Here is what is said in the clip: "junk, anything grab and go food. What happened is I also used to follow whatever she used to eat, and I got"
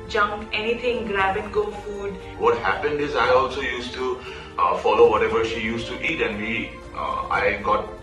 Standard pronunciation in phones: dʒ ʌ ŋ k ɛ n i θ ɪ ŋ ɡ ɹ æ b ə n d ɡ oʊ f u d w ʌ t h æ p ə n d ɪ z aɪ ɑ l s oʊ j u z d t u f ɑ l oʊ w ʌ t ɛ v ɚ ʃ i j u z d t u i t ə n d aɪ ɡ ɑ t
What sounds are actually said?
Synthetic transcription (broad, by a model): dʒ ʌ ŋ k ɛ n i t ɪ ŋ ɡ ɹ æ b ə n ɡ oʊ f u d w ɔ t h æ p ə n d ɪ z aɪ ɑ l s oʊ j u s t u f ɑ l oʊ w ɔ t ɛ v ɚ ʃ i j u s t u i t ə n d aɪ ɡ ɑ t